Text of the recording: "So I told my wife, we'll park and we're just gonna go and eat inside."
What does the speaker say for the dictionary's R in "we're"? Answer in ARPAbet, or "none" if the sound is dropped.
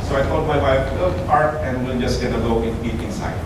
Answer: L